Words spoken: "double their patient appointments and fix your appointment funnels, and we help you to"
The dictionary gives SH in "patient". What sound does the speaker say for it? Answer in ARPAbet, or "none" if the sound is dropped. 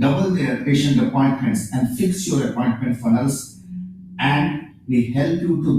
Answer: SH